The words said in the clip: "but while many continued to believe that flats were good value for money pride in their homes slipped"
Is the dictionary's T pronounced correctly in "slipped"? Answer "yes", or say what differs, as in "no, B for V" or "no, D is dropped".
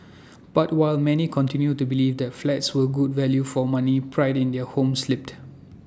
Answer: yes